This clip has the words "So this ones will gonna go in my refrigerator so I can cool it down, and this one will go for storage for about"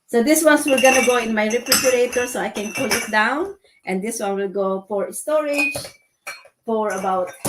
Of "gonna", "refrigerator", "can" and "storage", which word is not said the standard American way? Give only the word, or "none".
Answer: refrigerator